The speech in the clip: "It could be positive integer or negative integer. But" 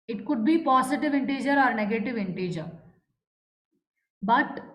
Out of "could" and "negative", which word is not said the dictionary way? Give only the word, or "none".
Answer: none